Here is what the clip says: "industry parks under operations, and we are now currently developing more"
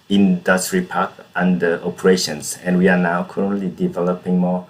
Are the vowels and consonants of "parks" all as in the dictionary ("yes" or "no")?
no